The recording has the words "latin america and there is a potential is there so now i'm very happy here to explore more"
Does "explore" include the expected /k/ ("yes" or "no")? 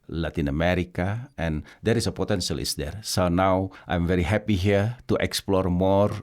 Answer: yes